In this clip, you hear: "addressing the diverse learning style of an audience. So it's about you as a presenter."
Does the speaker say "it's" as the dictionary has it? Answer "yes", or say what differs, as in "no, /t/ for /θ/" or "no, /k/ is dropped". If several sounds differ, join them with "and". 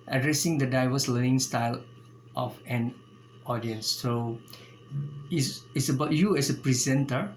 no, /s/ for /t/